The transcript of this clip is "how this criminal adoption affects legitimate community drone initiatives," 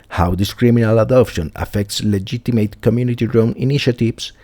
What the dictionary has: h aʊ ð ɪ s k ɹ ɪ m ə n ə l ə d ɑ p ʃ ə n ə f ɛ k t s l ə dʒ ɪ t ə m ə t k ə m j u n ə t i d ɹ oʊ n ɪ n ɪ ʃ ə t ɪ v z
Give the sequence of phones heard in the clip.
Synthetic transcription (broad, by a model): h aʊ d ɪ s k ɹ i m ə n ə l ə d ɑ p ʃ ə n ə f ɛ k t s l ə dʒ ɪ t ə m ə t k ə m j u n ə t i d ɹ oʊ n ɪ n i ʃ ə t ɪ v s